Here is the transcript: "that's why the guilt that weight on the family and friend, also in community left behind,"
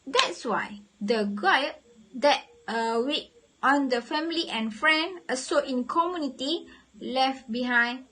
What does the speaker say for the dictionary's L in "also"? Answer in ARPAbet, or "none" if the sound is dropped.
none